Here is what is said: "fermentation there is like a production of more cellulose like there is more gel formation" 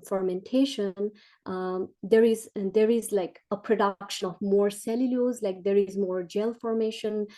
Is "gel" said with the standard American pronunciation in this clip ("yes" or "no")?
yes